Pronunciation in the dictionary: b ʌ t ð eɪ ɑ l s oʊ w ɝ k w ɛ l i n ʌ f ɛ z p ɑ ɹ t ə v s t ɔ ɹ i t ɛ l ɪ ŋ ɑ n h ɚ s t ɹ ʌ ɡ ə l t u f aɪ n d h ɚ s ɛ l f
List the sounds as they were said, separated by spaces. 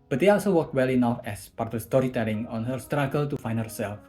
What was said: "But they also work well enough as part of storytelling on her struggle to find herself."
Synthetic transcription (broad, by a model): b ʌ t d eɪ ɑ l s oʊ w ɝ k w ɛ l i n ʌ f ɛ s p ɑ ɹ t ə s t ɔ ɹ i t ɛ l ɪ ŋ ɑ n h ɚ s t ɹ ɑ ɡ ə l t u f aɪ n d h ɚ s ɛ l f